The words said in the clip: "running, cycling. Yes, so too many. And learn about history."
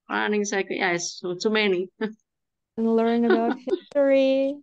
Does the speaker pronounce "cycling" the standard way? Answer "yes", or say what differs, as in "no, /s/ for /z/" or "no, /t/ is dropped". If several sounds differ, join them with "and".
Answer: no, /l/ is dropped